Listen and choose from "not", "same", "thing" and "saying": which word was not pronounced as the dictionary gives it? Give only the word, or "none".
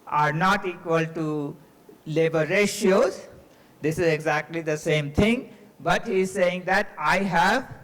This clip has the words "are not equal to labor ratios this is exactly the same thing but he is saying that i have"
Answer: thing